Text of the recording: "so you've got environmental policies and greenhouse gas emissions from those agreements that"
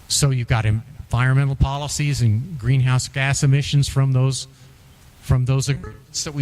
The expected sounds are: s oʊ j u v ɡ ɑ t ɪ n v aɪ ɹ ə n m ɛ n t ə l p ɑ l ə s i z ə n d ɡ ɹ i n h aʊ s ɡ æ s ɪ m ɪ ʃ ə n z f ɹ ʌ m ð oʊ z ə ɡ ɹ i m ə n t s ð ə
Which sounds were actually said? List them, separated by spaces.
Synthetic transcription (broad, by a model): s oʊ j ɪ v ɡ ɑ t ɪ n v aɪ ɹ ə n m ɛ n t l p ɑ l ə s i z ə n ɡ ɹ i n h aʊ s ɡ æ s ɪ m ɪ ʃ ə n z f ɹ ʌ m ð oʊ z ə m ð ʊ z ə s t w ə